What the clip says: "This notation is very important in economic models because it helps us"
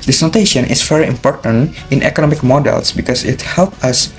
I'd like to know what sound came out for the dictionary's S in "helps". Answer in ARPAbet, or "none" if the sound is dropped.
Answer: none